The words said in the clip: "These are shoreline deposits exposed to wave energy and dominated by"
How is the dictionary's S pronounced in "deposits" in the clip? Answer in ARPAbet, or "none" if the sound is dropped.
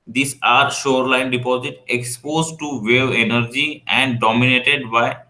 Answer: none